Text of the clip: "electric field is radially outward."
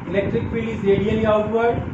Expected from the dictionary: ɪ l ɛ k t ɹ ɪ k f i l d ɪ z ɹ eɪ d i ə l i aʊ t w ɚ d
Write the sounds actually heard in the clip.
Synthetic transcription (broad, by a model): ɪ l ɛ k t ɹ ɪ k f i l ɪ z ɹ eɪ d i ə l i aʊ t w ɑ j